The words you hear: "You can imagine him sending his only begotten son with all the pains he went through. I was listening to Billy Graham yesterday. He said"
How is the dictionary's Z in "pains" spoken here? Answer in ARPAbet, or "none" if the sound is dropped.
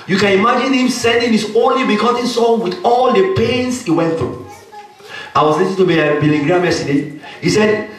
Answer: S